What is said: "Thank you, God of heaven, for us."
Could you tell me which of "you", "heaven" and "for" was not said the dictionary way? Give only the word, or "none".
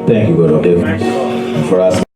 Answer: heaven